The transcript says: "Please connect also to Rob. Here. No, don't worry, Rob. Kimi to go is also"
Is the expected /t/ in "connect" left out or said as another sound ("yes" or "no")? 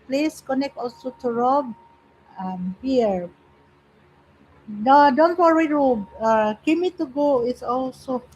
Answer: no